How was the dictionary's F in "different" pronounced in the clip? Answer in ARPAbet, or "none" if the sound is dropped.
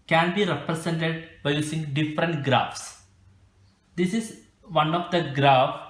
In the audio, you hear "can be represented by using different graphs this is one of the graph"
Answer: F